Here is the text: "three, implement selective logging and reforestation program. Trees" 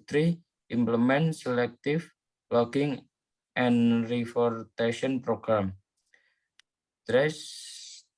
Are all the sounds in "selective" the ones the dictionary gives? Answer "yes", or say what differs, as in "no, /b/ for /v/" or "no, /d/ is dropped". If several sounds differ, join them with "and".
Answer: no, /f/ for /v/